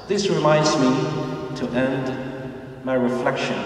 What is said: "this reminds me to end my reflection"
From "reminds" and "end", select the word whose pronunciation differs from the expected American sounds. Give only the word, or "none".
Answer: none